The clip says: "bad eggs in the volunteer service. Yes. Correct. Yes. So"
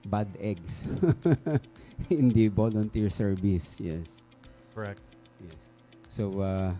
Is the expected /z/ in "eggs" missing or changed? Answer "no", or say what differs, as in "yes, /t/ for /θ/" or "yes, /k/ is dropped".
yes, /s/ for /z/